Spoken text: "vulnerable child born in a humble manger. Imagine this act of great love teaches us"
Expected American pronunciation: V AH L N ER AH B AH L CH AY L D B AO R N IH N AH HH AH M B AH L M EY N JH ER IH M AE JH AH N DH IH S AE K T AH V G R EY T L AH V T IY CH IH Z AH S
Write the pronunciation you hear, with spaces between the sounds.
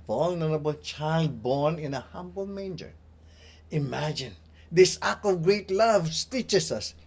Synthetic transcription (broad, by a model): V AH L N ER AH B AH L CH AY L D B AO R N IH N AH HH AH M B AH L M EY N JH ER IH M AE JH AH N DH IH S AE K AH V G R EY T L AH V T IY CH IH S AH S